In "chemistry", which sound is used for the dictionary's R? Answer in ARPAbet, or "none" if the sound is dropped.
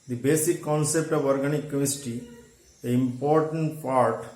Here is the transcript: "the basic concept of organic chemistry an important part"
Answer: none